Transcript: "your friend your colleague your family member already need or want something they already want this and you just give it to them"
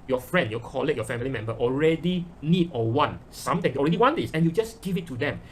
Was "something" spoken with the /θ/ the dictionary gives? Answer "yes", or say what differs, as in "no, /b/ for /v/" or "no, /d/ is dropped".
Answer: no, /t/ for /θ/